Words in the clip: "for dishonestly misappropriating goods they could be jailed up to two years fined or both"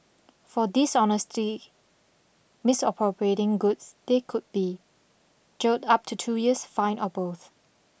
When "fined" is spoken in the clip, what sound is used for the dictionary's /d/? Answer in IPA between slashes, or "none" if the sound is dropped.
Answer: none